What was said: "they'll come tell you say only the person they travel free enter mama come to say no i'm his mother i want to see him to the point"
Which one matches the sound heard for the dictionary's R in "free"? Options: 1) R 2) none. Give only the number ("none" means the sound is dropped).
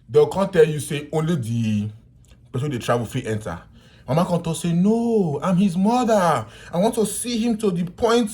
2